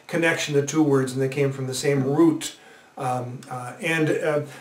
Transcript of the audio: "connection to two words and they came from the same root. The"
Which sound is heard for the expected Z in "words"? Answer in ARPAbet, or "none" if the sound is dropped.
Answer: Z